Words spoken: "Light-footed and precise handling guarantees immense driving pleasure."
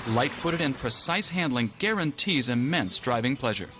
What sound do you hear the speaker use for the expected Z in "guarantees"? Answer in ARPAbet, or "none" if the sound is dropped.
Z